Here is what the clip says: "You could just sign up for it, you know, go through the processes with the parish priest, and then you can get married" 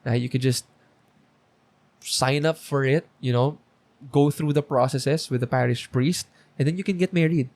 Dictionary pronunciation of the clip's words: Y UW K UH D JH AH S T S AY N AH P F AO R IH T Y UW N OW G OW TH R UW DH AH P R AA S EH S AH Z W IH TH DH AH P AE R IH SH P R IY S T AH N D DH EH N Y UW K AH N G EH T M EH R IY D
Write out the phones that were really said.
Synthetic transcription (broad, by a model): Y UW K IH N JH AH S T S AY N AH P F AO R IH T Y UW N OW G OW TH R UW DH AH P R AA S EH S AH S W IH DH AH P AE R IH SH P R IY S T AH N D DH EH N Y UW K AH N G EH T M EH R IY D